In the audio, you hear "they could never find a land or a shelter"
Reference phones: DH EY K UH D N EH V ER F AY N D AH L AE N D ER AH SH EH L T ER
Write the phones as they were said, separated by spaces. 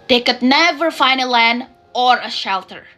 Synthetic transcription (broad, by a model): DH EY K UH D N EH V ER F AY N D AH L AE N ER AH SH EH L T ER